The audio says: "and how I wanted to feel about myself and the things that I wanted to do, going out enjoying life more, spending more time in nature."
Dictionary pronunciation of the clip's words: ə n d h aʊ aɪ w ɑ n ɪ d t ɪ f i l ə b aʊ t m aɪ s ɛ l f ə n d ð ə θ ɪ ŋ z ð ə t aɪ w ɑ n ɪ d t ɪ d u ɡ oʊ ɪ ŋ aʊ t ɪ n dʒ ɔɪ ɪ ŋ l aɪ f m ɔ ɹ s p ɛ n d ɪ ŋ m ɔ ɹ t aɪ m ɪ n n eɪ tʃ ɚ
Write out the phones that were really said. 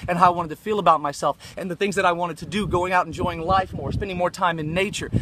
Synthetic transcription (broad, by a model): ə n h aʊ aɪ w ɑ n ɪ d t ɪ f i l ə b aʊ t m aɪ s ɛ l f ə n ð ə θ ɪ ŋ z ð ə t aɪ w ɑ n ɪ d t ɪ d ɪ ɡ oʊ ɪ ŋ aʊ t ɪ n dʒ ɔɪ ɪ ŋ l aɪ f m ɔ ɹ s p ɛ n d ɪ ŋ m ɔ ɹ t aɪ m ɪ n n eɪ tʃ ɚ